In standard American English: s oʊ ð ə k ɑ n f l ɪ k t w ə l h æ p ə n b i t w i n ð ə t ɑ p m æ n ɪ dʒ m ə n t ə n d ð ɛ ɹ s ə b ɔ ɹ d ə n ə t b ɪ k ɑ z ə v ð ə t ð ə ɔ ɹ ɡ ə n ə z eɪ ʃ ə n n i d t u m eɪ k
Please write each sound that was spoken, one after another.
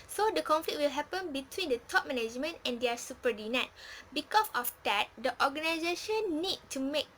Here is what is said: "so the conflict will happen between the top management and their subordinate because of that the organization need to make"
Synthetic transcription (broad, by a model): s oʊ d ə k ɑ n f l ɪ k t w ə l h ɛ p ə n b i t w i n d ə t ɑ p m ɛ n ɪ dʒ m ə n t ə n d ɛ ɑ s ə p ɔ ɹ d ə n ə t b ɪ k ɑ s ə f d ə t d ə ɔ ɡ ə n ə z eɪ ʃ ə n n i d t u m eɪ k